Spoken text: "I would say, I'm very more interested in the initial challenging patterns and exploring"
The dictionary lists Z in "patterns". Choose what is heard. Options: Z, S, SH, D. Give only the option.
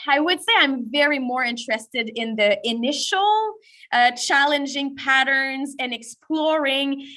Z